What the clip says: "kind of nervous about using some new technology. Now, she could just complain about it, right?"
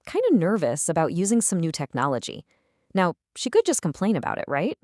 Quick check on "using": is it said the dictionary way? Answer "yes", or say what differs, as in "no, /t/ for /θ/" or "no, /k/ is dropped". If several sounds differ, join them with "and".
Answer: yes